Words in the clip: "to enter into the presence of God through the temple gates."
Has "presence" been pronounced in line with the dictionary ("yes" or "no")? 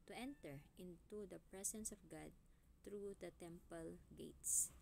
no